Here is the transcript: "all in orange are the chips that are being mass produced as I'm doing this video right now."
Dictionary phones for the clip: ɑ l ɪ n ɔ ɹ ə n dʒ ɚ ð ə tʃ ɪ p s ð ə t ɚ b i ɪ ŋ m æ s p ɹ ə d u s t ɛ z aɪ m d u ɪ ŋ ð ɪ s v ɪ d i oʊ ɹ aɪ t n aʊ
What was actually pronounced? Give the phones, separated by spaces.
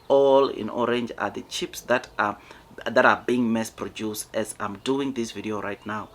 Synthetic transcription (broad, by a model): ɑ l ɪ n ɔ ɹ ə n dʒ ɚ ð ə tʃ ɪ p s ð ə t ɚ b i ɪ ŋ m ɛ s p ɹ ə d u s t ɛ z aɪ m d u ɪ ŋ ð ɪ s v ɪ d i oʊ ɹ aɪ t n aʊ